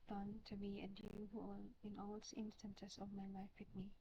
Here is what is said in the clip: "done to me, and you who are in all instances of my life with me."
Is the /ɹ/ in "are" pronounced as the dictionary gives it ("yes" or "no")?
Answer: no